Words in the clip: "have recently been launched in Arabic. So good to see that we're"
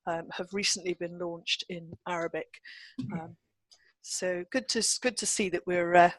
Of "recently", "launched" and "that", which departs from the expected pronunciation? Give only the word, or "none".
none